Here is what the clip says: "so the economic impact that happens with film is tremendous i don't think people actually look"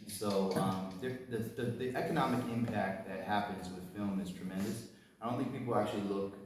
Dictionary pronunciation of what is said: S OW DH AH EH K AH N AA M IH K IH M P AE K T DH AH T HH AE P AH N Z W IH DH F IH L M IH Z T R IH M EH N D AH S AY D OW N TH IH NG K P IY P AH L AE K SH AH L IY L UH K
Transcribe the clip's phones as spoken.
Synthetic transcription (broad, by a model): S OW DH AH EH K AH N AA M IH K IH M P AE K T DH AH T HH AE P AH N Z W IH DH F IH L M IH Z T R IH M EH N D AH S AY D OW N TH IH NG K P IY P L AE K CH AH L IY L UH K